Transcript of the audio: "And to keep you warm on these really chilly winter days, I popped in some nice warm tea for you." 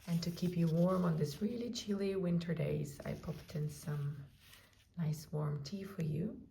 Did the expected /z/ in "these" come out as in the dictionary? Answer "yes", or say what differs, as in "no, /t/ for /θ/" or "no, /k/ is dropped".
no, /s/ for /z/